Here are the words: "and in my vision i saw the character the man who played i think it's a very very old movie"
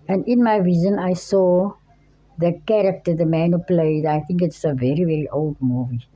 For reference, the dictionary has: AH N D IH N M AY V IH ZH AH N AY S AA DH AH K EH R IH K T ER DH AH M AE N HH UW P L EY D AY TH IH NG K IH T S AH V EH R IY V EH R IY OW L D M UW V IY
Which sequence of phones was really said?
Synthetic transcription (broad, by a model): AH N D IH N M AY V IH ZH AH N AY S AA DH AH K EH R IH K T ER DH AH M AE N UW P L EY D AY T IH NG K IH T S AH V EH R IY V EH R IY OW L D M UW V IY